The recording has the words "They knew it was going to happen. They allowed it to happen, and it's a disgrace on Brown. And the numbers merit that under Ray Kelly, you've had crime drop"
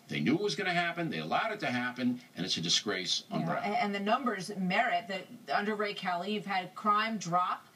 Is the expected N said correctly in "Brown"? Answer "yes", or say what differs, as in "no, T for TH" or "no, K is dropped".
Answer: no, N is dropped